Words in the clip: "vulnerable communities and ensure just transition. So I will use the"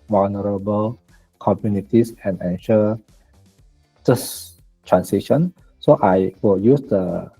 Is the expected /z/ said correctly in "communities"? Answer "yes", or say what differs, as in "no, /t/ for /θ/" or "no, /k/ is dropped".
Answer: no, /s/ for /z/